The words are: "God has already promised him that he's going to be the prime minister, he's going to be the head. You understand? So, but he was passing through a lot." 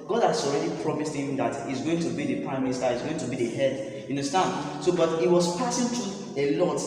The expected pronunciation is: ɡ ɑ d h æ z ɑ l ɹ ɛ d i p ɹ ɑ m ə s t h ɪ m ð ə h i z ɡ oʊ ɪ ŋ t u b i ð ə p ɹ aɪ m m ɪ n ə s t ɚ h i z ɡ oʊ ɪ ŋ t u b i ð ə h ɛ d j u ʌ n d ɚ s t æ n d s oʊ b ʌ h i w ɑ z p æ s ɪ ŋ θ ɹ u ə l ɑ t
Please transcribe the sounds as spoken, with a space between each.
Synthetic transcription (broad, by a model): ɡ ɑ d h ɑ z ɑ l ɹ ɛ d i p ɹ ɑ m ə s t h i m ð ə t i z ɡ oʊ ɪ ŋ t u b i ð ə p ɹ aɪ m m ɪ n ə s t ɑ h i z ɡ oʊ ɪ ŋ t u b i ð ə h ɛ d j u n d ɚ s t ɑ n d s oʊ b ʌ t i w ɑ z p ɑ s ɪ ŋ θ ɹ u ə l ɑ t